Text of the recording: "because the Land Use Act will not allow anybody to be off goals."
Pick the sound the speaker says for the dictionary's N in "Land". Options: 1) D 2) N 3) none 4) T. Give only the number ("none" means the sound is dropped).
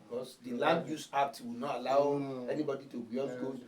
3